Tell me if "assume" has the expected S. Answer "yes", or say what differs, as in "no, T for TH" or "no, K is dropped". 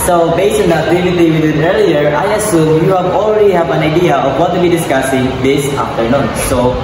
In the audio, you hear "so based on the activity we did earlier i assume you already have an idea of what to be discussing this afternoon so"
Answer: yes